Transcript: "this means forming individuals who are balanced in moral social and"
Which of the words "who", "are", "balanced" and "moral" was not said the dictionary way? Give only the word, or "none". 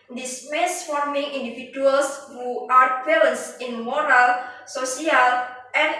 balanced